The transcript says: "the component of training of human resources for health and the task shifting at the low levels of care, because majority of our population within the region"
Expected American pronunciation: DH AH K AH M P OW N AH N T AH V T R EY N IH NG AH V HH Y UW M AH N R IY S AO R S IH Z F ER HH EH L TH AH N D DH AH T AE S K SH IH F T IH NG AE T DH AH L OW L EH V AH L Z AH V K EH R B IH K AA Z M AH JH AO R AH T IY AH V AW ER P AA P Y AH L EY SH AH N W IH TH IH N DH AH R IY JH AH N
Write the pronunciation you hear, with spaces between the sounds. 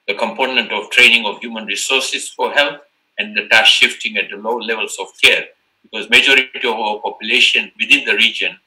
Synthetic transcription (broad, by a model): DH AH K AH M P OW N AH N T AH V T R EY N IH NG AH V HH Y UW M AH N R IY S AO R S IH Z F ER HH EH L T AH N D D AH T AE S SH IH F T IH NG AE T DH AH L OW L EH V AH L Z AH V K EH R B IH K AA Z M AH JH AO R T IY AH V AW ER P AA P Y AH L EY SH AH N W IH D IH N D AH R IY JH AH N